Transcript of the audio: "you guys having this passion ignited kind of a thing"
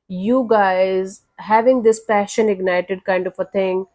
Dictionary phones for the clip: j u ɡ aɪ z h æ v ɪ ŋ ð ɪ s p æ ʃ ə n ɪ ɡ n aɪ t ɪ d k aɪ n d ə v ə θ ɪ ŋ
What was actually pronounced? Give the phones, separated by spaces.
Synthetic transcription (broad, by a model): j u ɡ aɪ z h æ v ɪ ŋ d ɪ s p æ ʃ ə n ɪ ɡ n aɪ t ɪ d k aɪ n d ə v ə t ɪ ŋ